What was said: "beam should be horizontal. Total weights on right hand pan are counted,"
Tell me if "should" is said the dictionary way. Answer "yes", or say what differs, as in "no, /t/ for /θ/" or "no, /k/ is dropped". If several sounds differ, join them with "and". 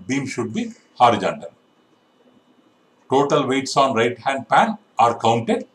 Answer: yes